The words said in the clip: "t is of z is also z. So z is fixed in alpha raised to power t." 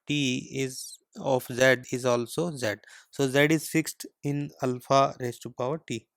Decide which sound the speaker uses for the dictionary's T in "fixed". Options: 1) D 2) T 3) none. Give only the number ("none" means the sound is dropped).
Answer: 2